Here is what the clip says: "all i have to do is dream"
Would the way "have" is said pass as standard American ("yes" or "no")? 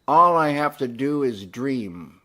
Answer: no